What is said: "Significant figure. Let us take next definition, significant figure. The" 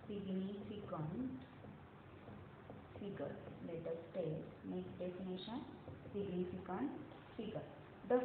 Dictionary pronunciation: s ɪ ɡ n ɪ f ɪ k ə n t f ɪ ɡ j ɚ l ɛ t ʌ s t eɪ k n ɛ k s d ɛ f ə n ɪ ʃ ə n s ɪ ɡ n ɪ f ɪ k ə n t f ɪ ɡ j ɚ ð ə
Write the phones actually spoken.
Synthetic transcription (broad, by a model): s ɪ ɡ n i f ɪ k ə n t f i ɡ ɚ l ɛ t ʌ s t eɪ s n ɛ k d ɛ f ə n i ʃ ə n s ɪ ɡ n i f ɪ k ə n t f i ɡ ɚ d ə